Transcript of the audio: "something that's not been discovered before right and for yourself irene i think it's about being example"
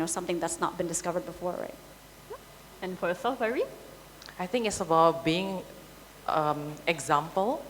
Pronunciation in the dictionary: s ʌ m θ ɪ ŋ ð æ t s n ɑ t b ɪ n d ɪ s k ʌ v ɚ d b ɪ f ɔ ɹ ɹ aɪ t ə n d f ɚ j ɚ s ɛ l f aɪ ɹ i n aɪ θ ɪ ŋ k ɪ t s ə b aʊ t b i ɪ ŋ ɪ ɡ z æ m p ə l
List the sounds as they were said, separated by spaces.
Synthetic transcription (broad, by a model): s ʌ m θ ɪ ŋ ð æ t s n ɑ t b ɪ n d ɪ s k ʌ v ɚ d b ɪ f ɔ ɹ ɹ aɪ t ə n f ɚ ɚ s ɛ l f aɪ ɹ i aɪ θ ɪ ŋ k ɪ t s ə b aʊ t b i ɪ ŋ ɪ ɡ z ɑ m p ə l